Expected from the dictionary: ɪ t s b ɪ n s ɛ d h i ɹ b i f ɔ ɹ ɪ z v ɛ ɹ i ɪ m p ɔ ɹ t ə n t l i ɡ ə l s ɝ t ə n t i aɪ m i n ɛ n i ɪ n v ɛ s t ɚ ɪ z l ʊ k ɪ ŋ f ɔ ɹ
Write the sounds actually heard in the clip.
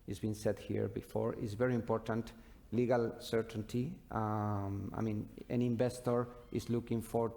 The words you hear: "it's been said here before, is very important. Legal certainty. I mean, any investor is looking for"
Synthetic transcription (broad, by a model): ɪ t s b ɪ n s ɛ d h i ɹ b i f ɔ ɹ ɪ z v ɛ ɹ i ɪ m p ɔ ɹ t ə n t l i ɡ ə l s ɝ t ə n t i aɪ m i n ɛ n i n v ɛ s t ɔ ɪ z l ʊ k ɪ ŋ f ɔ ɹ